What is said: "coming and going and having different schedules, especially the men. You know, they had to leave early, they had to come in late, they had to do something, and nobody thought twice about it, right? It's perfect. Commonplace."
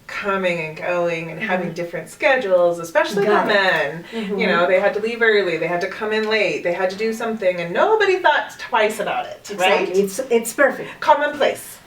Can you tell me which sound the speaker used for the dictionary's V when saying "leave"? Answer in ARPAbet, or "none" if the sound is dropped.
V